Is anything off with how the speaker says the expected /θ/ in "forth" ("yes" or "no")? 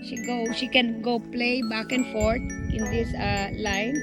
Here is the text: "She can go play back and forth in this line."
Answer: yes